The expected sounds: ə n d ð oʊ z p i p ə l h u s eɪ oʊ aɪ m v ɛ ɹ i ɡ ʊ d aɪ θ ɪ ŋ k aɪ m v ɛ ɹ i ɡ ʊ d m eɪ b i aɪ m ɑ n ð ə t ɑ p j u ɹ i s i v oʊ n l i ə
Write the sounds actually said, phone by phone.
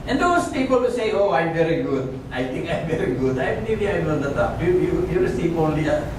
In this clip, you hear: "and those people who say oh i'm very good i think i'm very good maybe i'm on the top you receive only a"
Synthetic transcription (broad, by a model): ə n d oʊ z p i p ə l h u s eɪ oʊ aɪ m v ɛ ɹ i ɡ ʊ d aɪ t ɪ ŋ k aɪ m v ɛ ɹ i ɡ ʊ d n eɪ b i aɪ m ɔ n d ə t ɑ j j u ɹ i s i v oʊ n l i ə